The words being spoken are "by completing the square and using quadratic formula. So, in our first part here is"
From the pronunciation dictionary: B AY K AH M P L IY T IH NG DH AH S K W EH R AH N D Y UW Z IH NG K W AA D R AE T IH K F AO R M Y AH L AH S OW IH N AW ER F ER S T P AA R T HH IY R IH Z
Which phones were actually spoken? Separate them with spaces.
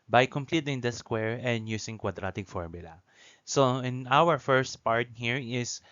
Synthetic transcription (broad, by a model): B AY K AH M P L IY T IH NG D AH S K W EH R AH N D Y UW S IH NG K W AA D R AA T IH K F AO R M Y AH L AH S OW IH N AW ER F ER S T P AA R T HH IY R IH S